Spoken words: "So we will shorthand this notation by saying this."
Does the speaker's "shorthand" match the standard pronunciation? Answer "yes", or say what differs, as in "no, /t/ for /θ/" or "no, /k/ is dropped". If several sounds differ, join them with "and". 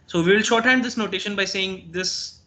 yes